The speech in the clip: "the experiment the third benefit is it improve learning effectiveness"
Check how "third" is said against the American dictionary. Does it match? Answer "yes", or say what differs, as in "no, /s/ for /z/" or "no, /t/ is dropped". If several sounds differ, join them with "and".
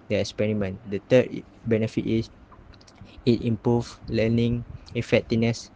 no, /t/ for /θ/